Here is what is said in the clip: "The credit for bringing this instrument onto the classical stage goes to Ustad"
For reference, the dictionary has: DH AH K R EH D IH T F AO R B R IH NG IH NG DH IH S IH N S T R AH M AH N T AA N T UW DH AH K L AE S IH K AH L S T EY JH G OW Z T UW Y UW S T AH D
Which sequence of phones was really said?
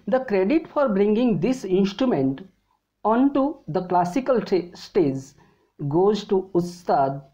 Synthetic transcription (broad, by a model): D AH K R EH D IH T F AO R B R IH NG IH NG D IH S IH N S T R AH M AH N T AA N T UW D AH K L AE S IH K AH L S T EY Z G OW Z T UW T S T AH D